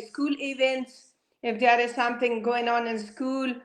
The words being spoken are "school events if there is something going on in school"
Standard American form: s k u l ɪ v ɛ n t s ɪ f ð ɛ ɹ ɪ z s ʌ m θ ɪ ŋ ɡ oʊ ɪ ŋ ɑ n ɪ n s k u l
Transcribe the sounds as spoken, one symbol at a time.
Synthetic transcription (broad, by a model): s k u l ɪ v ɛ n t s ɪ f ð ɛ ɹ ɪ z s ʌ m θ ɪ ŋ ɡ oʊ ɪ ŋ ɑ n ɪ n s k u l